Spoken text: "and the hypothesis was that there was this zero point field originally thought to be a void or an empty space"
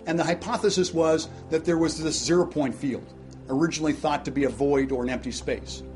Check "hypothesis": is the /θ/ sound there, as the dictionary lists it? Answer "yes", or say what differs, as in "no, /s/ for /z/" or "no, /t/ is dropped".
yes